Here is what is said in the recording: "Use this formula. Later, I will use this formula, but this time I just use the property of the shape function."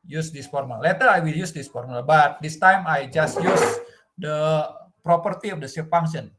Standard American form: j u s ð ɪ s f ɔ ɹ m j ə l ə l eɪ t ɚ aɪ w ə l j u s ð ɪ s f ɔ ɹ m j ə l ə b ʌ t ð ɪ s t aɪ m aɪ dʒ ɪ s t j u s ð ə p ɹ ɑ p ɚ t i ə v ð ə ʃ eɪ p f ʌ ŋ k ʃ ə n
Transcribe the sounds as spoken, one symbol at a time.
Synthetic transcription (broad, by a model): j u s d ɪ s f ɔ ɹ m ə l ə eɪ t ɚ aɪ w ə l j u s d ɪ s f ɔ ɹ m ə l b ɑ t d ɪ s t aɪ m aɪ dʒ ɪ s t j u s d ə p ɹ ɑ p ɚ t i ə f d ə s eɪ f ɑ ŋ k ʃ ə n